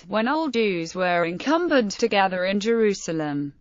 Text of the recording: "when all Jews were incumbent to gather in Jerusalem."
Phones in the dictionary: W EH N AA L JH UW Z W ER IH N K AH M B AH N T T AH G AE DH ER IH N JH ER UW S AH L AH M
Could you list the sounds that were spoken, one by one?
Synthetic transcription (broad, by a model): W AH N AA L JH UW Z W ER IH N K AH M B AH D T T AH G AE DH ER IH N JH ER UW S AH L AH M